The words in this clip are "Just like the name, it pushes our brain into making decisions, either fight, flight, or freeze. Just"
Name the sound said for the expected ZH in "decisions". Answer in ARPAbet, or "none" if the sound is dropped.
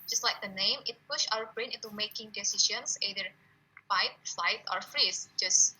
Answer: SH